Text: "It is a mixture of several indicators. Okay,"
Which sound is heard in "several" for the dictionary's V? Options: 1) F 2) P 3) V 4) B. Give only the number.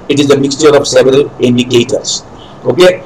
3